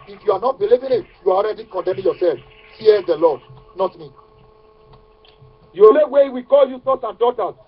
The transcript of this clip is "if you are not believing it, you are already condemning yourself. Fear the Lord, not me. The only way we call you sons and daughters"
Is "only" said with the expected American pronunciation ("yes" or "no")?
no